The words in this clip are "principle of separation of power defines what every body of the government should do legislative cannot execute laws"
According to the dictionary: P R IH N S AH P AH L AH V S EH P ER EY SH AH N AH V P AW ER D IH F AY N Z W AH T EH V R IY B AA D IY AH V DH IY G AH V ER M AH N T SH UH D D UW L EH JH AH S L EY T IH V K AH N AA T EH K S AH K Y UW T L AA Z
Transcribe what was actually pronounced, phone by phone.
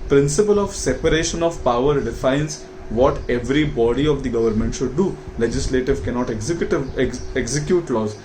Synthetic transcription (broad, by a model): P R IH N S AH P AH L AH V S EH P ER EY SH AH N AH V P AW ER D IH F AY N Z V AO T EH V R IY B AA D IY AH V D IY G AH V ER M AH N T SH UH D D UW L EH JH AH S L EY T IH V K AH N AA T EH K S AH K Y UW T L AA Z